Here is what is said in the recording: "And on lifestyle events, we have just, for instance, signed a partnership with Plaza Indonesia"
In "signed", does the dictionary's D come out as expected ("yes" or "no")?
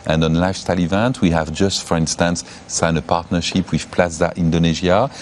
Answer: no